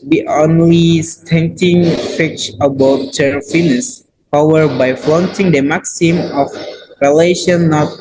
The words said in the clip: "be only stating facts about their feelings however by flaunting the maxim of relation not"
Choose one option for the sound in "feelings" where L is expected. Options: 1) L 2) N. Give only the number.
2